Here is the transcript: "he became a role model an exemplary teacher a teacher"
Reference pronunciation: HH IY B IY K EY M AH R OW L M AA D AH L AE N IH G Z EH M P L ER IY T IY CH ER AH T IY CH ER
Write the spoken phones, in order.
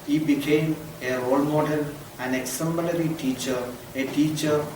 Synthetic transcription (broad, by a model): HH IY B IY K EY M AH R OW L M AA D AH N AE N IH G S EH M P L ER IY T IY CH ER AH T IY CH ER